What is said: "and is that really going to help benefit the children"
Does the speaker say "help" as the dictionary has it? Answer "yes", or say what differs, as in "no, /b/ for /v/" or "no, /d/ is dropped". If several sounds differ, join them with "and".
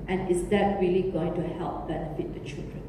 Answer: yes